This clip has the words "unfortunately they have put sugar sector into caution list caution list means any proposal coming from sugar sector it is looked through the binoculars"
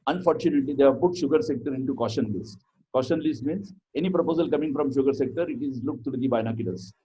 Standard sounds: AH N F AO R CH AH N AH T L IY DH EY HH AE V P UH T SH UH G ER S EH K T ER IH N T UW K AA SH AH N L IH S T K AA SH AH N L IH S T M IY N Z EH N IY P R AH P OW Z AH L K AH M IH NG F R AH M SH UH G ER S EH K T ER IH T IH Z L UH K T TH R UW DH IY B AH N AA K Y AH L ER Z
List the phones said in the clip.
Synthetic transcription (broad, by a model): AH N F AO R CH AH N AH T L IY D EY HH AE V P UH T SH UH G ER S EH K T ER IH N T UW K AA SH AH N L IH S T K AA SH AH N L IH S T M IY N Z EH N IY P R AH P OW Z AH L K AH M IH NG F R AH M SH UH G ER S EH K T ER IH T IH Z L UH K T T R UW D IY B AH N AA K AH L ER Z